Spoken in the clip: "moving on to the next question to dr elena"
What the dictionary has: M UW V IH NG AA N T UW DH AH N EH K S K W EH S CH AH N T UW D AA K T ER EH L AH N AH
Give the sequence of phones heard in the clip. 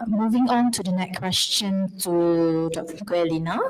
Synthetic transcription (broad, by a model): M UW V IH NG AA N T UW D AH N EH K K W EH S CH AH N T UW D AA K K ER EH L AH N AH